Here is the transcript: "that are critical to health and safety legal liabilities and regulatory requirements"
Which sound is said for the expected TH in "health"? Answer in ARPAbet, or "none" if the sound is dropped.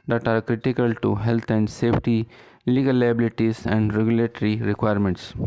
T